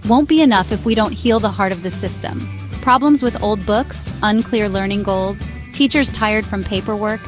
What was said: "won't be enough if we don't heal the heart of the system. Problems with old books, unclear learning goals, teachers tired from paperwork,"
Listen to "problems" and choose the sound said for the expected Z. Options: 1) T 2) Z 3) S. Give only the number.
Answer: 2